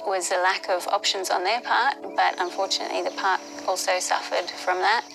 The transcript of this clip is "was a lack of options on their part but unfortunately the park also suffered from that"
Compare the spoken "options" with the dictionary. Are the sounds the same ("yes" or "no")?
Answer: yes